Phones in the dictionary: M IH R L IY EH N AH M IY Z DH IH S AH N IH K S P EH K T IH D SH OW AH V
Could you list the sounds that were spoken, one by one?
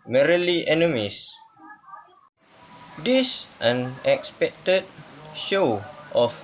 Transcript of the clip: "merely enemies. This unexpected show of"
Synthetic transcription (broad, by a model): M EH R L IY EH N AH M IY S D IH S AH N IH K S P EH K T IH D SH OW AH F